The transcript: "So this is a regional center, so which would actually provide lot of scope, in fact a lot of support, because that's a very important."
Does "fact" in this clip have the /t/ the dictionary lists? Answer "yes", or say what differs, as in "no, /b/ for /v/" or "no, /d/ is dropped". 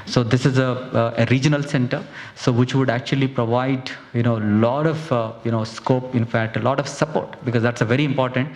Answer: yes